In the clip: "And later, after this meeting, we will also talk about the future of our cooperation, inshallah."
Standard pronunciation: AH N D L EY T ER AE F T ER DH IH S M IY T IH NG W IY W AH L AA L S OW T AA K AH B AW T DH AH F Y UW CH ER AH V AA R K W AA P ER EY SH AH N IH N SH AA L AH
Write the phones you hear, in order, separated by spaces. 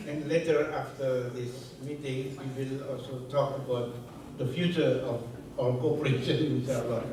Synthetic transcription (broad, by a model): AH N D L EY T ER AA F T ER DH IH S M IY T IH NG W IY W AH L AA L S OW T AA K AH B AW T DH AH F Y UW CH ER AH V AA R K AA P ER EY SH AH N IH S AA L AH